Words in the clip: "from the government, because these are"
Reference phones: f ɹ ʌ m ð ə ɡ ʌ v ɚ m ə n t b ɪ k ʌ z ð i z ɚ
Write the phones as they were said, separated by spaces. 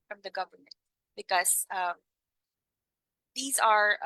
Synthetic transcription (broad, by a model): f ɹ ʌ m ð ə ɡ ʌ v ɚ m ə n t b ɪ k ʌ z ð i z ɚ